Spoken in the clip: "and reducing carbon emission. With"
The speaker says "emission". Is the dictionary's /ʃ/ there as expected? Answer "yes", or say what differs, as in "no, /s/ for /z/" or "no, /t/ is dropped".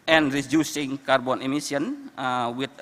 no, /s/ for /ʃ/